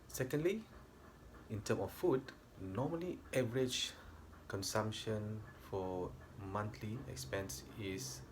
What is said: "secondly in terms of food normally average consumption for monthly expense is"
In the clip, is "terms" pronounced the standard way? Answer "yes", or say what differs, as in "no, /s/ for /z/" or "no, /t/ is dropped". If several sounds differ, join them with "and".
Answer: no, /z/ is dropped